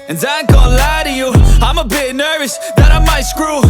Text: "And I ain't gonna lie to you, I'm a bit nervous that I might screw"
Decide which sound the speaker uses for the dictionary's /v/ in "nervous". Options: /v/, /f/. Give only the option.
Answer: /v/